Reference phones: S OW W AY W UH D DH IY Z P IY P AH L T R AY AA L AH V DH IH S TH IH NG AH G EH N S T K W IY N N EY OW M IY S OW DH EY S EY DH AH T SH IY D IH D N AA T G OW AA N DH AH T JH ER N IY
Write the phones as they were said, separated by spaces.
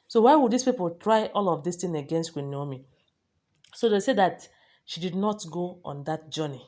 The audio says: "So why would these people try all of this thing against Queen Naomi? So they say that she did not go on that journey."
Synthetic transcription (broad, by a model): S OW W AY W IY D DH IY S P IY P AH L T R AY AA L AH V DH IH S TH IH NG AH G EH N S T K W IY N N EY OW M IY S OW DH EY S EY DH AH T SH IY D IH D N AA T G OW AA N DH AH T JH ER N IY